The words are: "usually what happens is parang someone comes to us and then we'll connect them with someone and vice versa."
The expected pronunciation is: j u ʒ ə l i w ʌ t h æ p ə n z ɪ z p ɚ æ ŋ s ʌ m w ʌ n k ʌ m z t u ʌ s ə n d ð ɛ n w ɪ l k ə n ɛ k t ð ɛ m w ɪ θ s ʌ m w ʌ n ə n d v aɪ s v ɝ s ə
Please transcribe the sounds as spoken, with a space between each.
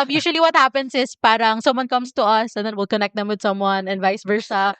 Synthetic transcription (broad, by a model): j u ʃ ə l i w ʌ t h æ p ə n s ɪ s p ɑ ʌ ŋ s ʌ m w ʌ n k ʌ m s t u ʌ s ə n d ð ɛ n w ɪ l k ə n ɛ k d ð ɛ m w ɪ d s ʌ m w ʌ n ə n v aɪ s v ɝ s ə